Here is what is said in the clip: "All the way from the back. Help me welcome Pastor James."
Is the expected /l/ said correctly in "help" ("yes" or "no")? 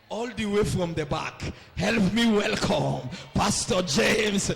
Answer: yes